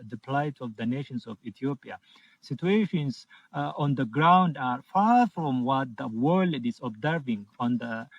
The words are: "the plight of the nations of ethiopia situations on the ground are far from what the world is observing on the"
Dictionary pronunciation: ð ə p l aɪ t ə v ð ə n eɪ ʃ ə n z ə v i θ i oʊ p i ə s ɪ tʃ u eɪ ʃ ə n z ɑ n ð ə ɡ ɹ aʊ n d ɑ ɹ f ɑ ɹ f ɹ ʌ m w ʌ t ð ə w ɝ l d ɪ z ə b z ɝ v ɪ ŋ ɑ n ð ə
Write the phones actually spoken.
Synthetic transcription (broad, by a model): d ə p l aɪ t ə v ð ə n eɪ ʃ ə n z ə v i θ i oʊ p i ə s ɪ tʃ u eɪ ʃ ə n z ɑ n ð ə ɡ ɹ aʊ n d ɑ ɹ f ɑ ɹ f ɹ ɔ m w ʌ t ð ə w ɝ l d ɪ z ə b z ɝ v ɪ ŋ ɑ n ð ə